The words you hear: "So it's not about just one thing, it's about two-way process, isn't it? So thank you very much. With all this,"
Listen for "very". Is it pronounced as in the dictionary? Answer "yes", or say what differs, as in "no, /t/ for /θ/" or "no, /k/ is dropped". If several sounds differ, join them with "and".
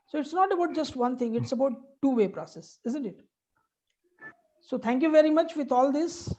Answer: yes